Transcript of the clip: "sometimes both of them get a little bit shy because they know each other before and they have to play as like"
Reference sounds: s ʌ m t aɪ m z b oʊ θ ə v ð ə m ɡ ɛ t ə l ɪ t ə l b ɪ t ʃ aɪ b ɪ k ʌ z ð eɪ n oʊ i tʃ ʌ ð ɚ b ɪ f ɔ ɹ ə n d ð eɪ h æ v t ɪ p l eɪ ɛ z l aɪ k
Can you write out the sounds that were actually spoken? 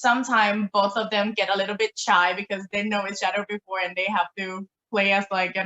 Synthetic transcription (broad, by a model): s ʌ m t aɪ m b oʊ θ ə v ð ə m ɡ ɛ t ə l ɪ t l b ɪ t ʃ aɪ b ɪ k ʌ z ð eɪ n oʊ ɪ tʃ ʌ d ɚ b ɪ f ɔ ɹ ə n ð eɪ h æ f t ɪ p l eɪ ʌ s l aɪ k